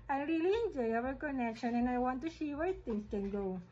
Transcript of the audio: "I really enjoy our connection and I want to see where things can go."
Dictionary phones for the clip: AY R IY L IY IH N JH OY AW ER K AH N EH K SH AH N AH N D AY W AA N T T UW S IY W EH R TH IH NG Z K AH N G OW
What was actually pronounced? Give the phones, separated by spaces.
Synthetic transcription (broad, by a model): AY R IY L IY IH N JH OY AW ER K AH N EH K SH AH N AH N AY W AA N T T UW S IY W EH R T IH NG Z K AH N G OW